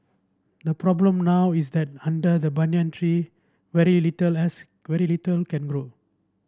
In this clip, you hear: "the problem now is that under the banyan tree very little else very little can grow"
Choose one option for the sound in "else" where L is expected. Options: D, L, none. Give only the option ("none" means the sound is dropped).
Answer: none